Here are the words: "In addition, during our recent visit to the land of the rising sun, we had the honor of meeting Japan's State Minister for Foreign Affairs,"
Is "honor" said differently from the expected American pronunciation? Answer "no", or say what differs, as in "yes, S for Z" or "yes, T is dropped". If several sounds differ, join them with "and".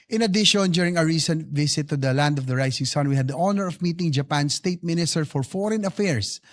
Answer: no